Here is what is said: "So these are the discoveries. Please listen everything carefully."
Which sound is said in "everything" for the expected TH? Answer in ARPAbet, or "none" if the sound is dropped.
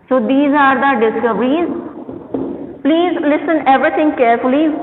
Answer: T